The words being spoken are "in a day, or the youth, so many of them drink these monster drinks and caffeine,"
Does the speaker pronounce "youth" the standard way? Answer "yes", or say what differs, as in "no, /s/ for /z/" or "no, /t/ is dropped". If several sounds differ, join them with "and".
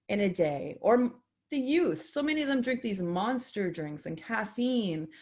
yes